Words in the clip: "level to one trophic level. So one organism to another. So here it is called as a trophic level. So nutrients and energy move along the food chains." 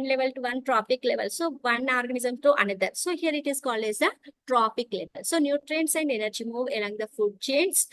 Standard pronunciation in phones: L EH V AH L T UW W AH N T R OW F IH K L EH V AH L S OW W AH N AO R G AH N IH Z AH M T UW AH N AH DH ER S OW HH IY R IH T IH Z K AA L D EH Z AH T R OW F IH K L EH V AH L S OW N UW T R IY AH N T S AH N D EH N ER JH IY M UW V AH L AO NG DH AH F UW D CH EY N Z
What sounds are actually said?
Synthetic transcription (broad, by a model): L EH V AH L T UW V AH N T R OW P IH K L EH V AH L S OW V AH N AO R G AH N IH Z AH M T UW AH N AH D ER S OW HH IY R IH T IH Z K AA L D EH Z AH T R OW P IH K L EH V AH L S OW N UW T R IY N S AH N D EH N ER JH IY M UW V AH L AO NG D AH F UW D CH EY N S